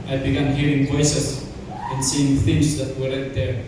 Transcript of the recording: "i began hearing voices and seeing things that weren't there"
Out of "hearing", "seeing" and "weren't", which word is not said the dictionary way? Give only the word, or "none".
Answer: weren't